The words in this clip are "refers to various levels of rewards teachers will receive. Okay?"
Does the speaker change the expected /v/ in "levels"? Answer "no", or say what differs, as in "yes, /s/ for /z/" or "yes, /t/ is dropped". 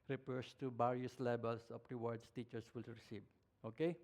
yes, /b/ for /v/